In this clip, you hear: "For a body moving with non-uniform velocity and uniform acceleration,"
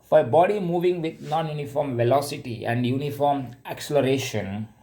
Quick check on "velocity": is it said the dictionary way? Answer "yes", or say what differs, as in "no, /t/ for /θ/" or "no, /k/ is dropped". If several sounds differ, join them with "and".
yes